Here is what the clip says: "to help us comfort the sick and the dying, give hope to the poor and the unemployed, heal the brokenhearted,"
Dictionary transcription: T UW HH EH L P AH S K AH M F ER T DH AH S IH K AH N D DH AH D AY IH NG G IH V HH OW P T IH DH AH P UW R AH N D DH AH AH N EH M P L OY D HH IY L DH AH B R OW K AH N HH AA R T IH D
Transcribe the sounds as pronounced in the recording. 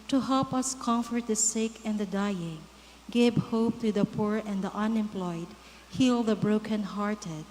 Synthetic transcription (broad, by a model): T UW HH EH L P AH S K AH M F ER T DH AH S IH K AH N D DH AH D AY IH NG G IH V HH OW P T IH DH AH P UW R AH N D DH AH AH N EH M P L OY D HH IY L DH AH B R OW K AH N HH AA R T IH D